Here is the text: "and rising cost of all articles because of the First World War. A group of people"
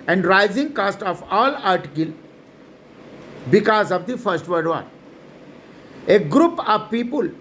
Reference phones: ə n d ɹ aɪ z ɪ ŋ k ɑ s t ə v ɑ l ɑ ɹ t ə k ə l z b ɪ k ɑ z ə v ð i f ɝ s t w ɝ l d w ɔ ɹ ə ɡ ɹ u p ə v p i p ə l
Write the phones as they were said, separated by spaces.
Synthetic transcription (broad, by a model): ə n d ɹ aɪ z ɪ ŋ k ɑ s t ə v ɑ l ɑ ɹ t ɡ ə l b ɪ k ɑ z ə v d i f ɝ s t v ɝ d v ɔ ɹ ə ɡ ɹ u p ə v p i p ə l